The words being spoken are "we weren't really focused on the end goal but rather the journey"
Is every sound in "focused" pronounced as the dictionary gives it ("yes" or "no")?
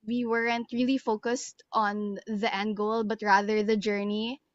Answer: yes